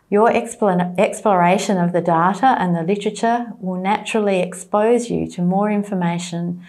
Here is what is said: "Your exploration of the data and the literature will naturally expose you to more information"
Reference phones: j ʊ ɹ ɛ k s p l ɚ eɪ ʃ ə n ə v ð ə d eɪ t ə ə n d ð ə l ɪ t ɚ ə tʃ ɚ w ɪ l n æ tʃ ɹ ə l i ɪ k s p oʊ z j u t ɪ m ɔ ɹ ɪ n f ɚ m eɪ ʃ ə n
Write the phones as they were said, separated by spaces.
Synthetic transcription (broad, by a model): j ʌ ɹ ɛ k s p l ɚ eɪ ʃ ə n ə v ð ə d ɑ t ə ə n ð ə l ɪ t ɚ ə tʃ ɚ w ɪ l n æ tʃ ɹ l i ɪ k s p oʊ z j u t ɪ m ɔ ɹ ɪ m f ɚ m eɪ ʃ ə n